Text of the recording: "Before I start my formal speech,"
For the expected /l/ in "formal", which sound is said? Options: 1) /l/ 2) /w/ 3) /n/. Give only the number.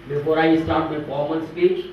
3